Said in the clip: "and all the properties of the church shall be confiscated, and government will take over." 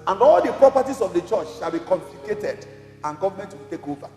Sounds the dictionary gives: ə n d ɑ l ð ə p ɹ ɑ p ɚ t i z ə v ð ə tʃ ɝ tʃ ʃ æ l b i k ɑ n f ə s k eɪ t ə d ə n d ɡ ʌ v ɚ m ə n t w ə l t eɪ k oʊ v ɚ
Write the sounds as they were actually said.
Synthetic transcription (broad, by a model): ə n d ɑ l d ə p ɹ ɑ p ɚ t i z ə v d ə tʃ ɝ tʃ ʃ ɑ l b i k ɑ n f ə k eɪ t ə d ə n ɡ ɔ v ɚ m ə n t w ə l t eɪ k oʊ v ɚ